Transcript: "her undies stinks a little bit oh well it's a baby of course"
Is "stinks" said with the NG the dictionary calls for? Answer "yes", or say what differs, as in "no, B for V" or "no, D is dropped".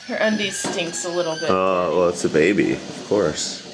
yes